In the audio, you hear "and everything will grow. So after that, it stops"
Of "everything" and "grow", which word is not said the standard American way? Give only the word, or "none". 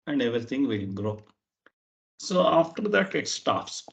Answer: everything